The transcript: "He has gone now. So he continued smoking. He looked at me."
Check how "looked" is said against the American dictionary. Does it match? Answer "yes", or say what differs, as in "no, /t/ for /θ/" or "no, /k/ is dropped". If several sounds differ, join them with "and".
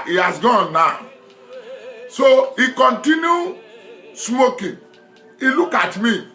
no, /t/ is dropped